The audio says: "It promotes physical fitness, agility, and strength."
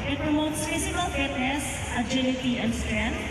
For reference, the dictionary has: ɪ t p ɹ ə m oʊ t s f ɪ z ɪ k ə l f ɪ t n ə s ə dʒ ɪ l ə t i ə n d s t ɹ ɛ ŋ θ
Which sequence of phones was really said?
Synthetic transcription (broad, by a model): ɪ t p ɹ ə m oʊ t s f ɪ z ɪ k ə l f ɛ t ə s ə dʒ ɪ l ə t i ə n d s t ɹ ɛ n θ